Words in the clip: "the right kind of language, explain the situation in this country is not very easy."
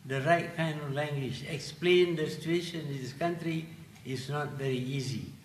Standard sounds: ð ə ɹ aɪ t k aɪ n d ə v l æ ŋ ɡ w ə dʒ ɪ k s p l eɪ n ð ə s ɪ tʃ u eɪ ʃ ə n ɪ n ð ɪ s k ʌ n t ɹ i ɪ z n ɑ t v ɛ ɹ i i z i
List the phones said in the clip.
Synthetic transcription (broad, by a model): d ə ɹ aɪ t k aɪ n ə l l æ ŋ ɡ w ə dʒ ɪ k s p l eɪ n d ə s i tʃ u eɪ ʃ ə n ɪ n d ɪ s k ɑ n t ɹ i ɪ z n ɑ t v ɛ ɹ i i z i